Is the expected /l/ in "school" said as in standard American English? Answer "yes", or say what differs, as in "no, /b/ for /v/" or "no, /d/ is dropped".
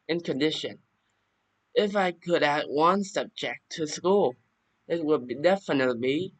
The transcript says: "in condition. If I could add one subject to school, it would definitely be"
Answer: yes